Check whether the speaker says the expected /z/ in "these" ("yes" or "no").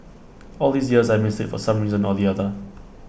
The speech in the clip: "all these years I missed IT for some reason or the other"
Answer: yes